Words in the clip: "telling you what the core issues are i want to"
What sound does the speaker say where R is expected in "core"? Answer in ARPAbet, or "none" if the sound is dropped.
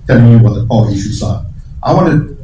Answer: L